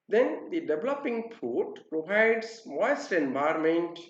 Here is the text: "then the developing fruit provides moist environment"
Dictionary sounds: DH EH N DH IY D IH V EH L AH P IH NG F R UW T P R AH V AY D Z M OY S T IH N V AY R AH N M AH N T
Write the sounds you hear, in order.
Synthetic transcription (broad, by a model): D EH N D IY D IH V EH L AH P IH NG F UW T P R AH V AY D S M OY S T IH N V AY R M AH N T